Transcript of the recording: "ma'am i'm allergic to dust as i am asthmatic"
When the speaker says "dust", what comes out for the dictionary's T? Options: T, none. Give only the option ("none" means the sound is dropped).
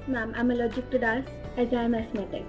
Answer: none